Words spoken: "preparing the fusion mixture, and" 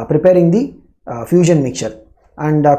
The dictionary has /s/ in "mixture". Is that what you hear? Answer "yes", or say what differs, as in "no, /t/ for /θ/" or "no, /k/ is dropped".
no, /s/ is dropped